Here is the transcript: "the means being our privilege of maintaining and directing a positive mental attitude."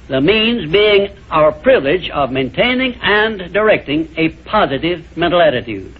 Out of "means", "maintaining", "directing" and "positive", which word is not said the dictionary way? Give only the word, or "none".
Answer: none